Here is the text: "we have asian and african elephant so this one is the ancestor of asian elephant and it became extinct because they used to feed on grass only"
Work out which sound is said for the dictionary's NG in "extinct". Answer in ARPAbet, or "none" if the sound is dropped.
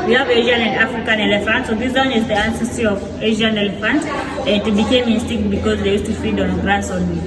none